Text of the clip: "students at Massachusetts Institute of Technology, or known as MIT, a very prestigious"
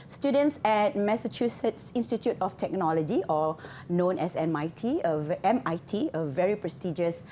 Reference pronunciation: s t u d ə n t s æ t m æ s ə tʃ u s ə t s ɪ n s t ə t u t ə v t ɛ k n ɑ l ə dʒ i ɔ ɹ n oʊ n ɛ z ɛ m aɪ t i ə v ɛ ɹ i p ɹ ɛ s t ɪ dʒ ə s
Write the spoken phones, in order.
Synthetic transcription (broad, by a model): s t u d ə n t s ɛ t m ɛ s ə tʃ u s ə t s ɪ n s t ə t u t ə f t ɛ k n ɑ l ə dʒ i ɔ l n oʊ n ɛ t ɛ m aɪ t i ə v ɛ ɹ i p ɹ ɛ s t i dʒ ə s